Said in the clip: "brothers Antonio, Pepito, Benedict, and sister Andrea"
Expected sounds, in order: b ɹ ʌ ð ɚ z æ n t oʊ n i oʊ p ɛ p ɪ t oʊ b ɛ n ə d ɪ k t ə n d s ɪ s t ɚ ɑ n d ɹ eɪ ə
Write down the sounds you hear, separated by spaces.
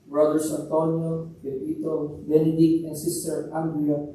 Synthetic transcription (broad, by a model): b ɹ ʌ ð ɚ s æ n t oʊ n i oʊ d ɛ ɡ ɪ t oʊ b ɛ n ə d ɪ k ə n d s ɪ s t ɚ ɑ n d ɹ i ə